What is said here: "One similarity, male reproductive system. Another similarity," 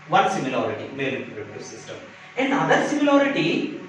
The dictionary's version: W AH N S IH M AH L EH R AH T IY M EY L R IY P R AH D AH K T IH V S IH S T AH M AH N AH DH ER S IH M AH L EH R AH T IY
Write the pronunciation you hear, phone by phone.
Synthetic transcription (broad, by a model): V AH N S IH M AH L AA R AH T IY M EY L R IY R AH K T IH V S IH S T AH M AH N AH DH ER S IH M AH L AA R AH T IY